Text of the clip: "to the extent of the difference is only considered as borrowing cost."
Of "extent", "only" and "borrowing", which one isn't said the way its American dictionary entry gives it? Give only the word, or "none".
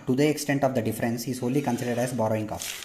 only